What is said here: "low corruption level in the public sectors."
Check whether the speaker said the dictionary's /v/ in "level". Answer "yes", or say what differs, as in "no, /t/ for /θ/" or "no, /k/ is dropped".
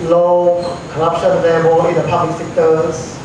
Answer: no, /b/ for /v/